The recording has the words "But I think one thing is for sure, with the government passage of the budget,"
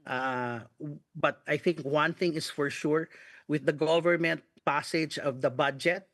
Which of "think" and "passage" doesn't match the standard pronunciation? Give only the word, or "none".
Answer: none